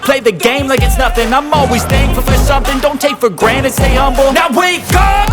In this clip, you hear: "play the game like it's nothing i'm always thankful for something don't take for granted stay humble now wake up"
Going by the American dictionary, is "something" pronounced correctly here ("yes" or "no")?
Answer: yes